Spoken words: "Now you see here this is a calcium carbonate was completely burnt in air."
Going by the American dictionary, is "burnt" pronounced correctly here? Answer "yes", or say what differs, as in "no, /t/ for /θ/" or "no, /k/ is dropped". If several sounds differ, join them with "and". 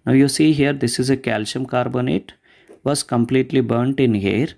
yes